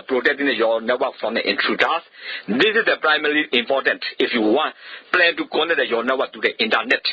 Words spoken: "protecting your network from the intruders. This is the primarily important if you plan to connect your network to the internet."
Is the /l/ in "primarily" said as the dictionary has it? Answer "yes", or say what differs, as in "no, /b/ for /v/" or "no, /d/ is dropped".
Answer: no, /l/ is dropped